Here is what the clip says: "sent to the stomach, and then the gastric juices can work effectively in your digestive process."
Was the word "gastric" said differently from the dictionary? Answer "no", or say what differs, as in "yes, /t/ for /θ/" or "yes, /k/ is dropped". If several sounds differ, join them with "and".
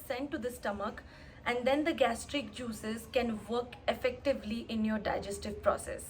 no